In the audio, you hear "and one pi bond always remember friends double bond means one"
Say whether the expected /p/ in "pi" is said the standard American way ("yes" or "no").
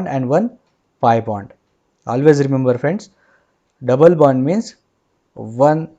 yes